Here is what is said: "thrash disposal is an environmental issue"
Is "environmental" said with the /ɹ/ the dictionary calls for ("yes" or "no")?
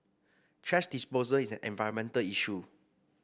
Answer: no